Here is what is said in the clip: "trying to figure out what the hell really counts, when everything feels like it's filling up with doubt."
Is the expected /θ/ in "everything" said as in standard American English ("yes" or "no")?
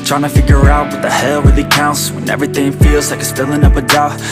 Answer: yes